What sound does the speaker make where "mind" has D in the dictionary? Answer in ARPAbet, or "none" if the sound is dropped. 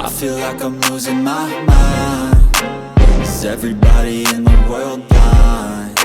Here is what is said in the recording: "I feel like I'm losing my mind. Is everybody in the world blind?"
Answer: none